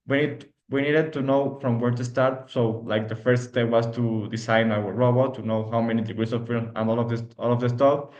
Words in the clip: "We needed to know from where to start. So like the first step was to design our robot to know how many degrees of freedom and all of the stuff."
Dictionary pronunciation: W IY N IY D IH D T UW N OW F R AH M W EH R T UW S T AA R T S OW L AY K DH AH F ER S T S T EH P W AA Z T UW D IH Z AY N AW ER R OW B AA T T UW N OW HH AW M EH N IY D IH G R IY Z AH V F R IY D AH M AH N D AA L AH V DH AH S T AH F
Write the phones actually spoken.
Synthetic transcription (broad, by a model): W IY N IY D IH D T UW N OW F R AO M W EH R T UW S T AA R T S OW L AY K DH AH F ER S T S T EH P W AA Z T UW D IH S AY N AW ER R OW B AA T T UW N OW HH AW M EH N IY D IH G R IY S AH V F IY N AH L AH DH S AA L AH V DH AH S T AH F